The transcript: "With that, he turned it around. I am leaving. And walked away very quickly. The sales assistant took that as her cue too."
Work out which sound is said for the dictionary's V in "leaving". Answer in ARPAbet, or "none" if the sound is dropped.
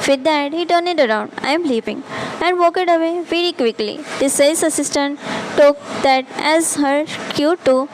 P